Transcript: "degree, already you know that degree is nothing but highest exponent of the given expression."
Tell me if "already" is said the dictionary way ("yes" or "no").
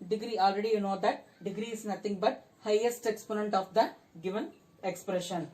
yes